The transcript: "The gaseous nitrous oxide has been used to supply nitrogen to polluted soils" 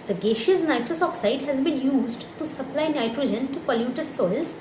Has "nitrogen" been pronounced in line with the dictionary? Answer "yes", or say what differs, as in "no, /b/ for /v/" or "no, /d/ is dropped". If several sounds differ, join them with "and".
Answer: yes